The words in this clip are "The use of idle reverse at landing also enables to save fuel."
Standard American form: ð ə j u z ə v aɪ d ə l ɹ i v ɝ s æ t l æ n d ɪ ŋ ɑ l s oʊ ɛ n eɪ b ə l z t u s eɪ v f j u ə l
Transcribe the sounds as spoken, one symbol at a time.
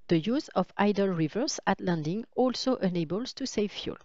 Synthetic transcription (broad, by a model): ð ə j u z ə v aɪ d ə l ɹ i v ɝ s æ t l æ n d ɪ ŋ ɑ l s oʊ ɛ n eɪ b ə l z t u s eɪ v f j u l